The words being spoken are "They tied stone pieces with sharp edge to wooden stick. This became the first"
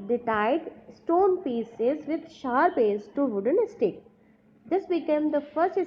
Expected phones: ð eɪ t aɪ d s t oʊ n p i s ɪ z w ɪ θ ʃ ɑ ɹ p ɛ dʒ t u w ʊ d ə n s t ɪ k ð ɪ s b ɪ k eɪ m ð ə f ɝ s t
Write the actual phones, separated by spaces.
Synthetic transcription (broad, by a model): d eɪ t aɪ d s t oʊ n p i s ɪ z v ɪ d ʃ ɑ ɹ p ɛ z t u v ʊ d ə n s t ɪ k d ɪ s b ɪ k eɪ m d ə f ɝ s t